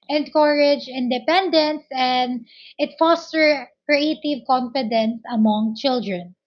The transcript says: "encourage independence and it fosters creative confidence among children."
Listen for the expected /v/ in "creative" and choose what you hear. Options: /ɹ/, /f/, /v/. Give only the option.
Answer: /v/